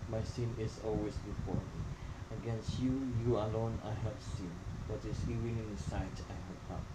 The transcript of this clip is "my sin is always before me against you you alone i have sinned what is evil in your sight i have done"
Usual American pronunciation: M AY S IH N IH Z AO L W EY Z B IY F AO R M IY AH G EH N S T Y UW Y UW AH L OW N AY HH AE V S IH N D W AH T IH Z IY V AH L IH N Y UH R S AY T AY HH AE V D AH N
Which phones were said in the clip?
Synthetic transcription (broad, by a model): M AY S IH N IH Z AO L W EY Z B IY F AO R M IY AH G EH N S T Y UW Y UW AH L OW N AY HH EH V S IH N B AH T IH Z IY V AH N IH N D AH S AY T AY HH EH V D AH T